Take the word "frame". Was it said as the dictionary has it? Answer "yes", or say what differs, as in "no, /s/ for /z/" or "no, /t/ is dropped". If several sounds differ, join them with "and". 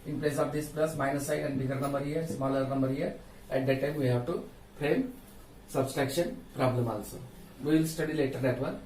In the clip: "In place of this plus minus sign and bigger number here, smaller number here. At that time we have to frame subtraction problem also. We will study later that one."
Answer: no, /p/ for /f/